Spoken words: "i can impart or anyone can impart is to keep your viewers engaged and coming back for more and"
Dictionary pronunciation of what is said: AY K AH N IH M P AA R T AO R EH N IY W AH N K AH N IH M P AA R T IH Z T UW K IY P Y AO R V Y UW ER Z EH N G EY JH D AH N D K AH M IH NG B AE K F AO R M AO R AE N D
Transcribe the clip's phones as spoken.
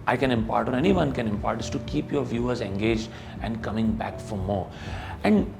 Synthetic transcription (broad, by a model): AY K AH N IH M P AA R T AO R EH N IY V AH N K AH N IH M P AA R T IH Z T UW K IY P Y AO R V Y UW ER Z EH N G EY JH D AH N D K AH M IH NG B AE K F AO R M AO R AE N D